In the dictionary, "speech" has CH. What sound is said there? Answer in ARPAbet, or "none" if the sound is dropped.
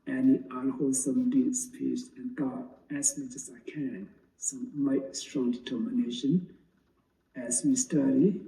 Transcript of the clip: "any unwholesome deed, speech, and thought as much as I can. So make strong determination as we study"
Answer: S